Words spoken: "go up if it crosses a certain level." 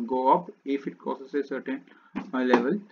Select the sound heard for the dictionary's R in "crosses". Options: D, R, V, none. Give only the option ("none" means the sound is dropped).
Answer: none